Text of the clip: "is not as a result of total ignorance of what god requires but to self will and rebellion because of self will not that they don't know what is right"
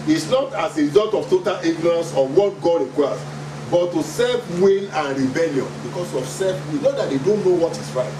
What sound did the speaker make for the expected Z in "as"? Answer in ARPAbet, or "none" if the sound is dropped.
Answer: S